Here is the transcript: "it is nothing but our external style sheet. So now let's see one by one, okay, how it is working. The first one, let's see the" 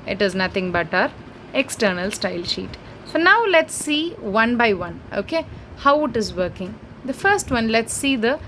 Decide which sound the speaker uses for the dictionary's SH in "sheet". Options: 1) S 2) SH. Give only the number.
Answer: 2